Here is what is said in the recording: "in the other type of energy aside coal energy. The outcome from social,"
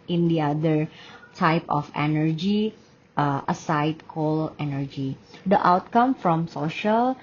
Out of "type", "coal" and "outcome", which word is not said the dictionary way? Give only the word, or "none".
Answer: none